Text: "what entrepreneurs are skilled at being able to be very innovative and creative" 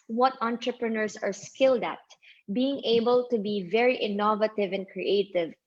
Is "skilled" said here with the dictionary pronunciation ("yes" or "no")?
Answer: yes